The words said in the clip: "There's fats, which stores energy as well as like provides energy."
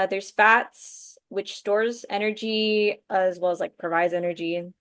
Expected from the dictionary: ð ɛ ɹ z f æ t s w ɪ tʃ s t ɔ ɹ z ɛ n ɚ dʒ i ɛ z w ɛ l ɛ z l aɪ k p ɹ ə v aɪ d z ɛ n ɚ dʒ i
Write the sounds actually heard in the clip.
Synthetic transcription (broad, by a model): ð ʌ ɹ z f æ t s w ɪ tʃ s t ɔ ɹ z ɛ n ɚ dʒ i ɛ z w ɛ l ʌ z l aɪ k p ɹ ə v aɪ d z ɛ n ɚ dʒ i